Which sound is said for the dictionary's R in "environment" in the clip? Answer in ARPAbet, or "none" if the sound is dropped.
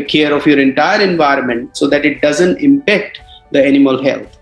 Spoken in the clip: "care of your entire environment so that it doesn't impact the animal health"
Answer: R